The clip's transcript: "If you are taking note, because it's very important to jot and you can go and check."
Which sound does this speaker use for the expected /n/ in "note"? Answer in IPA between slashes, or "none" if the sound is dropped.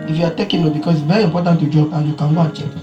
/l/